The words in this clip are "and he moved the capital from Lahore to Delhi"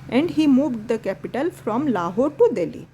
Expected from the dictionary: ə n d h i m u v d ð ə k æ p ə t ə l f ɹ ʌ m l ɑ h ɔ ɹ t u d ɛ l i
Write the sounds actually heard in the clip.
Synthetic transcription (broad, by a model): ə n d h i m u v d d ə k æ p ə t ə l f ɹ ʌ m l ɑ h ɔ ɹ t u d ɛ l i